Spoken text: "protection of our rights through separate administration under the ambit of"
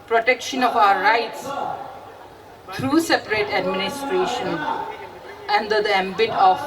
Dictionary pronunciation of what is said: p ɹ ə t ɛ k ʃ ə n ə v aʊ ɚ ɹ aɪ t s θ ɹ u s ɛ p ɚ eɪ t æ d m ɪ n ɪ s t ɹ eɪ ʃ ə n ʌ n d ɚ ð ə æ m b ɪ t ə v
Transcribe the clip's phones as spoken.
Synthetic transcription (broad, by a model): p ɹ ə t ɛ k ʃ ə n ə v aʊ ɚ ɹ aɪ t s t ɹ u s ɛ p ɚ eɪ t æ d m ɪ n ɪ s t ɹ eɪ ʃ ə n ʌ n d ɚ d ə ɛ m b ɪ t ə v